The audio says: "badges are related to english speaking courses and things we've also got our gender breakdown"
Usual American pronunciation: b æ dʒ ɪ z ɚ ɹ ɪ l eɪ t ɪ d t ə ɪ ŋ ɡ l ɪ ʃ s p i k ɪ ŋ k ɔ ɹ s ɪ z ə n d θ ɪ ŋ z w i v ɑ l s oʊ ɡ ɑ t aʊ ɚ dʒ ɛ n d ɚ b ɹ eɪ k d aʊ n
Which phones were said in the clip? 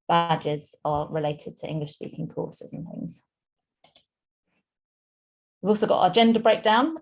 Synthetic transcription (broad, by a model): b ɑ dʒ ɪ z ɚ ɹ ɪ l eɪ t ɪ d t ə ɪ ŋ ɡ l ɪ ʃ s p i k ɪ ŋ k ɔ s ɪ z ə n θ ɪ ŋ z w i v ɑ l s oʊ ɡ ɑ t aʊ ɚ dʒ ɛ n d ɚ b ɹ eɪ k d aʊ n